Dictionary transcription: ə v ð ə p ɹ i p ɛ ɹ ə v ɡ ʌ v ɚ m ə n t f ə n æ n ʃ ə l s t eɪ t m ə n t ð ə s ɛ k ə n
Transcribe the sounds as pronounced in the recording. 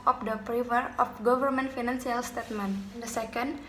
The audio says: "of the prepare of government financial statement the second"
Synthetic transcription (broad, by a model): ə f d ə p ɹ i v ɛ ɹ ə f ɡ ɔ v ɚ m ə n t f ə n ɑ n s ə l s t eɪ t m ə n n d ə s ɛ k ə n